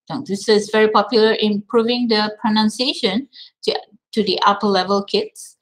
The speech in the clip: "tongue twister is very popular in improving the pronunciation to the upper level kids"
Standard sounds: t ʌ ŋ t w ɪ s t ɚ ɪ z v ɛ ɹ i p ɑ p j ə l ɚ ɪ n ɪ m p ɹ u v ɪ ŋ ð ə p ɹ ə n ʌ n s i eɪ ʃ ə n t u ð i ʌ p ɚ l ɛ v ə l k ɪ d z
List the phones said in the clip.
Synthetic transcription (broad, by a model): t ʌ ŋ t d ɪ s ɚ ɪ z v ɛ ɹ i p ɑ p j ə l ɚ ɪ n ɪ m p ɹ u v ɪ ŋ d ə p ɹ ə n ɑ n s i eɪ ʃ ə n t u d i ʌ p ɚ l ɛ v ə l k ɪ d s